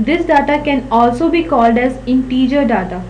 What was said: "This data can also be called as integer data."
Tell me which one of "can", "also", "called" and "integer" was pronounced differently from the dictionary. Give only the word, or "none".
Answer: none